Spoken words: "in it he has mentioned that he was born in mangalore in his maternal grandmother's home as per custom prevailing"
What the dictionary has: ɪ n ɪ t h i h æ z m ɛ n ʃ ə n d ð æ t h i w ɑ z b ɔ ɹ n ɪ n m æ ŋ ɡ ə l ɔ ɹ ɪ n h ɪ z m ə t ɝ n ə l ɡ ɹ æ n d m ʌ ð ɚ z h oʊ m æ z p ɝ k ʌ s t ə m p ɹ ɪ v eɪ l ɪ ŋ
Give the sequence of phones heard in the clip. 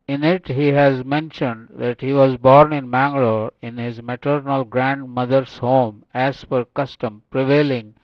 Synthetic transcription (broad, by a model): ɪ n ɪ t h i h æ z m ɛ n ʃ ə n d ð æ t h i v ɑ z b ɔ ɹ n ɪ n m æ ŋ ɡ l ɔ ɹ ɪ n h ɪ z m ə t ɝ n ə l ɡ ɹ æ n d m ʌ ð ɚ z h oʊ m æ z f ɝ k ʌ s t ə m p ɹ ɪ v eɪ l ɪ ŋ